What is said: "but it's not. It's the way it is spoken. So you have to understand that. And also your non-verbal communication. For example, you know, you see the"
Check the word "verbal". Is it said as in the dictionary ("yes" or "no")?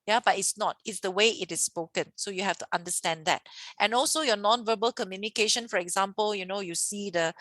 yes